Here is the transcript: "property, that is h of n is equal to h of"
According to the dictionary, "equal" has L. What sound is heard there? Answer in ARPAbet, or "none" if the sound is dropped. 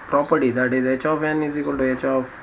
N